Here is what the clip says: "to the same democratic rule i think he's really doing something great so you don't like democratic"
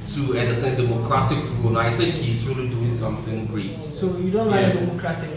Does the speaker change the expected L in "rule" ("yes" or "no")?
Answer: yes